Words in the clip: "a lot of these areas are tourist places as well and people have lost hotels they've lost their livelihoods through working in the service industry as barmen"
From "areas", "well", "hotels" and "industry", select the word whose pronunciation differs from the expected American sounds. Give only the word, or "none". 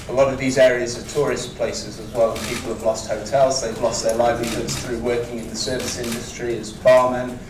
none